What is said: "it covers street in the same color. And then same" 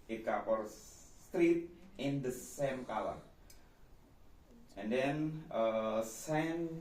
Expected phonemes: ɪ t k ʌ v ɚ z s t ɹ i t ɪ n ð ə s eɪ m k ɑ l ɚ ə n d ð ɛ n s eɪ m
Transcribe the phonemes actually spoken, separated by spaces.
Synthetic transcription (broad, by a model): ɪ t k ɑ f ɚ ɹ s t ɹ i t ɪ n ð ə s eɪ m k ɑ l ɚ ə n d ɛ n s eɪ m